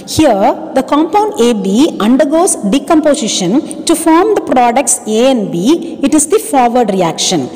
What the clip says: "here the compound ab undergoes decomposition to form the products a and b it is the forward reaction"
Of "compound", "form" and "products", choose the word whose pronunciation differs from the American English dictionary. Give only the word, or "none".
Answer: none